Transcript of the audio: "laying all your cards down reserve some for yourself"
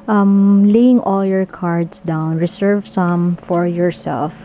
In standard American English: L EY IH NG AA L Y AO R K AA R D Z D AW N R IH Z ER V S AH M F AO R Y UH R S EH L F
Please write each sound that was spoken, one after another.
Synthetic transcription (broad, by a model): L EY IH NG AA L Y AO R K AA R D S D AW N R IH S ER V S AH M F AO R Y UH R S EH L F